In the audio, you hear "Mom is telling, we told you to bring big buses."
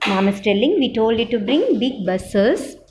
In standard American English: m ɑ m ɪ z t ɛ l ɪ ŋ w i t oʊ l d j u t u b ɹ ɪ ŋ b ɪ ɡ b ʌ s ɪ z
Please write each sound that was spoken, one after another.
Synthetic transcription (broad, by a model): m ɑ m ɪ s t ɛ l ɪ ŋ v i t oʊ l d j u t u b ɹ ɪ ŋ b ɪ ɡ b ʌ s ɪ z